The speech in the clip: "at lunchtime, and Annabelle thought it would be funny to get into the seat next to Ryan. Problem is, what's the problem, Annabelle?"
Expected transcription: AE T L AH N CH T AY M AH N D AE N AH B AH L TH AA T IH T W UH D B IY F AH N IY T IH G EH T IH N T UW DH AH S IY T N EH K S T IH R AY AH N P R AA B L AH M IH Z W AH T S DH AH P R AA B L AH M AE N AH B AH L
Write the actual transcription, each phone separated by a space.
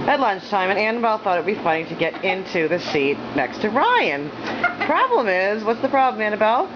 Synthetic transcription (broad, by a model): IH T L AH N CH T AY M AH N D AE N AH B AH L TH AA T IH T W B IY F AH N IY T IH G EH T IH N T UW DH AH S IY T N EH K S T IH R AY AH N P R AA B L AH M IH Z W AH T S DH AH P R AA B L AH M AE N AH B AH L